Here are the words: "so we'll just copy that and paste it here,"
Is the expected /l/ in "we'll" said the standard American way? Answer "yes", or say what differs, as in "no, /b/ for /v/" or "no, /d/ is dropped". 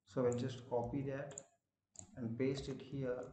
no, /n/ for /l/